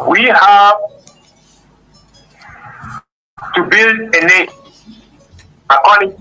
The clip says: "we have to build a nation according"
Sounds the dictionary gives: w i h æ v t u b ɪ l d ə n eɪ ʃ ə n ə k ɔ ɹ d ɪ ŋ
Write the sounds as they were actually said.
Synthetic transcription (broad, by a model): w i h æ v t u b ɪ l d ə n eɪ ə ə k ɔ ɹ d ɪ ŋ